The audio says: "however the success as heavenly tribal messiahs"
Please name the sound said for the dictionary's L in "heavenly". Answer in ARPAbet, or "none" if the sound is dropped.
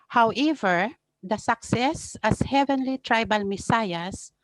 L